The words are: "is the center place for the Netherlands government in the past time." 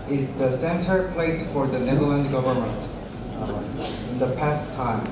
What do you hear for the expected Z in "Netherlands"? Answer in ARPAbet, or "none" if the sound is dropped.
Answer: none